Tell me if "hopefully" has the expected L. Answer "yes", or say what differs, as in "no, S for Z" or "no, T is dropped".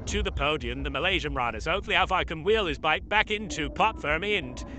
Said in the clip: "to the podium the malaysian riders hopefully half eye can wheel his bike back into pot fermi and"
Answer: no, L is dropped